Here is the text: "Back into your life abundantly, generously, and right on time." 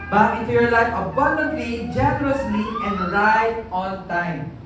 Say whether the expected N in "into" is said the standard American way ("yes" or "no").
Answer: no